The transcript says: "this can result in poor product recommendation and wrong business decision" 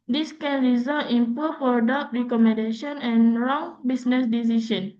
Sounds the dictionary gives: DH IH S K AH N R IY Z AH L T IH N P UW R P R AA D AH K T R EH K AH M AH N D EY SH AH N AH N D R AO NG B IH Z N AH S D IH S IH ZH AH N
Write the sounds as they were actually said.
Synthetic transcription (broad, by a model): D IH S K AH N R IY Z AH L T IH N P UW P AA D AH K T R EH K AH M AH N D EY SH AH N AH N R AO NG B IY S N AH S D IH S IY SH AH N